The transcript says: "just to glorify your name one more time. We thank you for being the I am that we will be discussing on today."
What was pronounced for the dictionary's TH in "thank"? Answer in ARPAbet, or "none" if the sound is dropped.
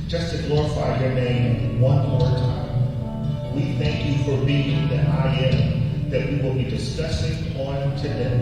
TH